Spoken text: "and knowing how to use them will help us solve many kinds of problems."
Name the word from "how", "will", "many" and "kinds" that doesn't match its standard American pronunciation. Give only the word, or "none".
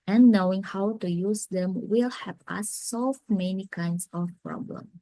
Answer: kinds